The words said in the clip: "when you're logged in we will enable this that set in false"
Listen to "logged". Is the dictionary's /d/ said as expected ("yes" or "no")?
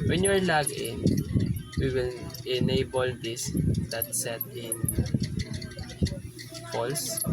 no